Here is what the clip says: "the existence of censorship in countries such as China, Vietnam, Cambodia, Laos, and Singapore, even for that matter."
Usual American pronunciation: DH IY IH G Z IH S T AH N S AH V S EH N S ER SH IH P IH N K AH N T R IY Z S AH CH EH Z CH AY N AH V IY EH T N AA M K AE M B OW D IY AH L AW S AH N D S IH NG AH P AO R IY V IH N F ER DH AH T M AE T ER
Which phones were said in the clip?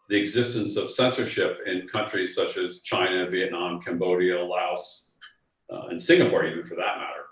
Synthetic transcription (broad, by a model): DH IY IH G Z IH S T AH N S AH V S EH N S ER SH IH P IH N K AH N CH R IY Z S AH CH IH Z CH AY N AH V IY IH T N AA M K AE M B OW D IY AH L AW S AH N S IH NG AH P AO R IY V IH N F ER DH AH T M AE T ER